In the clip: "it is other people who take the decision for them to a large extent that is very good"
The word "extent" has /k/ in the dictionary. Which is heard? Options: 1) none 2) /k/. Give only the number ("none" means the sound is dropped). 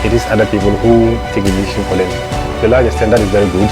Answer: 1